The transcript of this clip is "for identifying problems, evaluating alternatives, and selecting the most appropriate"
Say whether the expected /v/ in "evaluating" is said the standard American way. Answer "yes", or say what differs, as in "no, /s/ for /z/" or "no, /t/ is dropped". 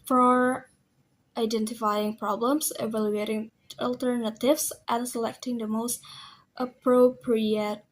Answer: yes